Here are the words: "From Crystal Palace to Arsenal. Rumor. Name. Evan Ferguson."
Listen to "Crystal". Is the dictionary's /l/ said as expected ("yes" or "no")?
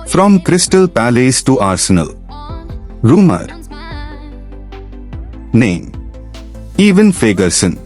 yes